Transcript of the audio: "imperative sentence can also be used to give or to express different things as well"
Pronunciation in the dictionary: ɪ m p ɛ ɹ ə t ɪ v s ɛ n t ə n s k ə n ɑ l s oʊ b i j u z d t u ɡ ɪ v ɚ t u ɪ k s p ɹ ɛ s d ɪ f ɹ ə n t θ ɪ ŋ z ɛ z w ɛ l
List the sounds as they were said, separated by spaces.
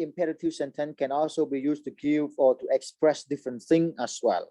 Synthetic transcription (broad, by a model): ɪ m p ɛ ɹ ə t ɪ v s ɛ n t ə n k ə n ɑ l s oʊ b i j u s t u ɡ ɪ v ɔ t u ɪ k s p ɹ ɛ s d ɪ f ɹ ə n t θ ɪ ŋ ɛ s w ɛ l